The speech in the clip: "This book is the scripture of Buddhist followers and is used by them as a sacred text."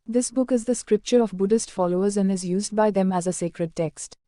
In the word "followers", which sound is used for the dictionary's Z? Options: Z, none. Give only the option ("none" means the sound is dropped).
Z